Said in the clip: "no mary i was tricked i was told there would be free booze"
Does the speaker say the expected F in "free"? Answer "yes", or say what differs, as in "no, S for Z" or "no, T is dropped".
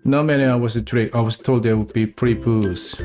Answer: no, P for F